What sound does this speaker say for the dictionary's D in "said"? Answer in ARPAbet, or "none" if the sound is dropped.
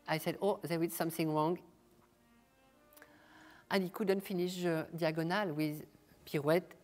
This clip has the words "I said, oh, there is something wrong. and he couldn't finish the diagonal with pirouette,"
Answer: D